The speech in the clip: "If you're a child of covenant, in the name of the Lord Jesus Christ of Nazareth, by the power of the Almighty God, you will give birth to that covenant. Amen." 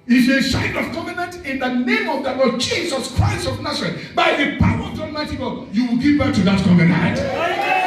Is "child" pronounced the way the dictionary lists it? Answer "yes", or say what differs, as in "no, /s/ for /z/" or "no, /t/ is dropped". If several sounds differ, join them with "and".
no, /s/ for /tʃ/